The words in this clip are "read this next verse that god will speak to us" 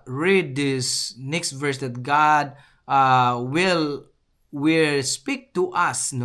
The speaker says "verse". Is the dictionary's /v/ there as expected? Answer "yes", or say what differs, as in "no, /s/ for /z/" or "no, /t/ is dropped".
yes